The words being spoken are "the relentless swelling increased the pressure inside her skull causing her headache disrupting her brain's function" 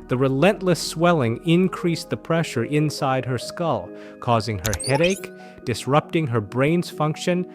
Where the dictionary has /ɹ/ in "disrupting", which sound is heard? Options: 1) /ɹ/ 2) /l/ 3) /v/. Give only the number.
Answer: 1